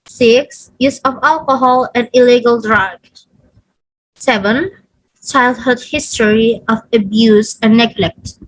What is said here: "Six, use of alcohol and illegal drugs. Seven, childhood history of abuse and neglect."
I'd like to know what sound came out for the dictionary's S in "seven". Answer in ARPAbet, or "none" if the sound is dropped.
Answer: S